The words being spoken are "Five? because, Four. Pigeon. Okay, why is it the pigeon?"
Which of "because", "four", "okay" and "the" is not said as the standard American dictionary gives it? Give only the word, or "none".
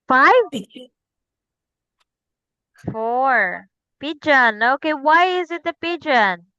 because